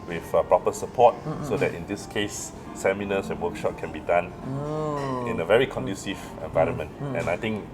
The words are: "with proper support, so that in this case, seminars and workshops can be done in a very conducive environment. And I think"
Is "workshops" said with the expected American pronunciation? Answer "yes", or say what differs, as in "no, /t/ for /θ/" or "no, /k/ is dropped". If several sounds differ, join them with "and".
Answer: no, /s/ is dropped